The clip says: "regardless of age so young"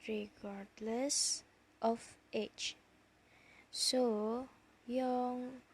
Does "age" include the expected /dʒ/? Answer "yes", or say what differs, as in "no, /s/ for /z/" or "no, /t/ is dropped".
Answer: no, /tʃ/ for /dʒ/